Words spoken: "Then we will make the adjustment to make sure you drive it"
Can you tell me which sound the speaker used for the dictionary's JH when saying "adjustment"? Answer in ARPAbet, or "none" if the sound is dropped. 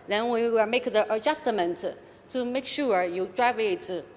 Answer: JH